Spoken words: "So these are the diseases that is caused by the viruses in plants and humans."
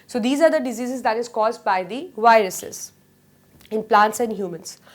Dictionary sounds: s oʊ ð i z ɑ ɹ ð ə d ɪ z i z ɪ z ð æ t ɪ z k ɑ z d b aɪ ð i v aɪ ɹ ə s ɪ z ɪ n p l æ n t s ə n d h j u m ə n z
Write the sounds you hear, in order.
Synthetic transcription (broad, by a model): s oʊ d i z ɑ ɹ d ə d ɪ z i z ɪ z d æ t ɪ z k ɑ z d b aɪ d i v aɪ ɹ ə s ɪ z ɪ n p l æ n t s ə n d h j u m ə n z